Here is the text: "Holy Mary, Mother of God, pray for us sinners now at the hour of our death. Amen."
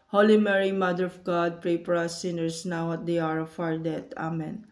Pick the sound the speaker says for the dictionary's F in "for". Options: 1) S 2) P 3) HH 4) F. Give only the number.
2